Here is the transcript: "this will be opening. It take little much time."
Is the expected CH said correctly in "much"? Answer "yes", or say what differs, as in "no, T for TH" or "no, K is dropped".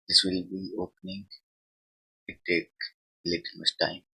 no, S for CH